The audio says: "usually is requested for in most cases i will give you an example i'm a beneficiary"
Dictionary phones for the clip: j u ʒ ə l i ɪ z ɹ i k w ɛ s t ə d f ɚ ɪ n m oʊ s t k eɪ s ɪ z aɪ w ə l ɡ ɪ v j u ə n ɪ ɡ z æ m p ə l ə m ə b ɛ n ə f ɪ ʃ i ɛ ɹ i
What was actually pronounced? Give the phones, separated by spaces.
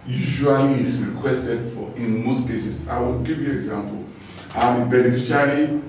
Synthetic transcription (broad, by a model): j u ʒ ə l i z ɹ i k w ɛ s t ə d f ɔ ɪ n m oʊ s t k eɪ s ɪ s aɪ w ə l ɡ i v j u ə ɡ z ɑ m p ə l ə m ə b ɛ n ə f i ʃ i ɹ i